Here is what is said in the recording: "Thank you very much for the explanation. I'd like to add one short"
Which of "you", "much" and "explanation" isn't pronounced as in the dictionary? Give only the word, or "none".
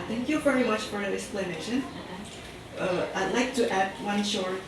none